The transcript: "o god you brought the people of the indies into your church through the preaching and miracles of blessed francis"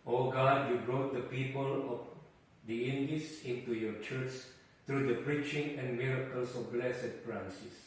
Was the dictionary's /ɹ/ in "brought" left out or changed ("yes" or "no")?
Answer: no